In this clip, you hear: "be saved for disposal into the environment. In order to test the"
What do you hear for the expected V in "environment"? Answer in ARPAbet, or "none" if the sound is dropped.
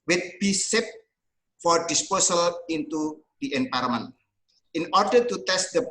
P